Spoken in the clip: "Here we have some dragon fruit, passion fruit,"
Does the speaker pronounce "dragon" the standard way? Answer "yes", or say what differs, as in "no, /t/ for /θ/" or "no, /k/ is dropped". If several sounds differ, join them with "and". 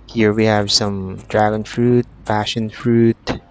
yes